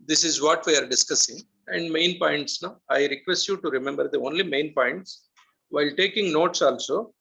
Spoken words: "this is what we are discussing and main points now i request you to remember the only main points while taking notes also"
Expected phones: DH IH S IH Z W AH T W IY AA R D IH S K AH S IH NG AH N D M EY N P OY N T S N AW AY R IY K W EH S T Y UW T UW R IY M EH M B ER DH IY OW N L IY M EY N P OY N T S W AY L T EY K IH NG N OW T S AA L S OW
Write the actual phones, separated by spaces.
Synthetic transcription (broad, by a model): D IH S IH Z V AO T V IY AA R D IH S K AH S IH NG AH N D M EY N P OY N T S N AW AY R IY K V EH S T Y UW T UW R IY M EH M B ER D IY OW N L IY M EY N P OY N T S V AY L T EY K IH NG N OW T S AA L S OW